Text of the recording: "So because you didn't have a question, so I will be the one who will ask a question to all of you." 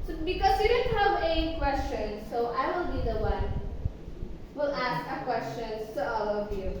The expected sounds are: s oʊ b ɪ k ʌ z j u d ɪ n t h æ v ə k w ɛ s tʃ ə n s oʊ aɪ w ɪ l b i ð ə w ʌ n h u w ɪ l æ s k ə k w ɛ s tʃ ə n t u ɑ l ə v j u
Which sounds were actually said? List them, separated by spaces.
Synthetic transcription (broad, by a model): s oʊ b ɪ k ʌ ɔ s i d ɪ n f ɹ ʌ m ə k w ɛ s tʃ ə n s oʊ aɪ w ɪ l b i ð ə w ʌ n w ɪ l æ s k ə k w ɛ s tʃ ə n t u ɑ l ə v j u